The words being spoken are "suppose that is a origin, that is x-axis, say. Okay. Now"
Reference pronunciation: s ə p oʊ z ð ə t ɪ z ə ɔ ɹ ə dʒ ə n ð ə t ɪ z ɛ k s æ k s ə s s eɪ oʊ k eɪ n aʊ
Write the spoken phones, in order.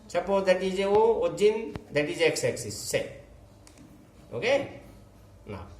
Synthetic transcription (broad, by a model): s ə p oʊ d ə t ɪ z ə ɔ ə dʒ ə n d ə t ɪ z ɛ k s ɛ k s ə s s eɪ oʊ k eɪ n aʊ